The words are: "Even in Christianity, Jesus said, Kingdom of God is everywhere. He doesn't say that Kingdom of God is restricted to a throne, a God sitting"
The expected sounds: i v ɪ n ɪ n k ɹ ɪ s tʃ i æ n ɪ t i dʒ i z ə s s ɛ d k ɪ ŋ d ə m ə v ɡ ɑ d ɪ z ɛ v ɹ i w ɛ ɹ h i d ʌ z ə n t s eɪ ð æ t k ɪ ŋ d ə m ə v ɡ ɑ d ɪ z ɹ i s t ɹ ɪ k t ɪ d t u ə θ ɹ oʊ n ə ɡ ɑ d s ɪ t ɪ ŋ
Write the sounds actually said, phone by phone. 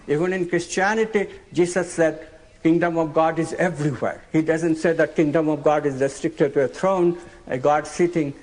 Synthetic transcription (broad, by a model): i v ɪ n ɪ n k ɹ ɪ s tʃ i æ n ɪ t i dʒ i s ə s s ɛ d k ɪ ŋ d ə m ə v ɡ ɑ d ɪ z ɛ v ɹ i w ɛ ɹ h i d ʌ z ə n t s eɪ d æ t k ɪ ŋ d ə m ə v ɡ ɑ d ɪ z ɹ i s t ɹ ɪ k t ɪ d t u ə t ɹ oʊ n ə ɡ ɑ d s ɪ t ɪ ŋ